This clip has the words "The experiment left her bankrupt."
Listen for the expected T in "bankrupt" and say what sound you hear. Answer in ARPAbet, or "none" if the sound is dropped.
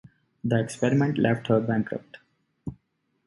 T